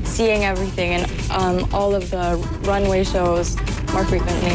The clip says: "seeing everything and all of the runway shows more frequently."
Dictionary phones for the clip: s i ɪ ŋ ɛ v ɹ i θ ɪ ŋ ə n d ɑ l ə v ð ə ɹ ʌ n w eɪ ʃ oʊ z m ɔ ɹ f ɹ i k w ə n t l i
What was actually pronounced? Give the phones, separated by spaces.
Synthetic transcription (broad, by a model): s i ɪ ŋ ɛ v ɹ i θ ɪ ŋ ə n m ɑ l ə v ð ə ɹ ʌ n w eɪ ʃ oʊ z m ɔ ɹ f ɹ i k w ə n t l i